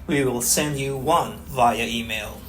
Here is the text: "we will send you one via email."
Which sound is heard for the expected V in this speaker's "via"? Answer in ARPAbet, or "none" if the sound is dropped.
V